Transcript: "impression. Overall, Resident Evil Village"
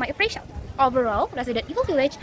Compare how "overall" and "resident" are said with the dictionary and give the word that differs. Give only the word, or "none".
resident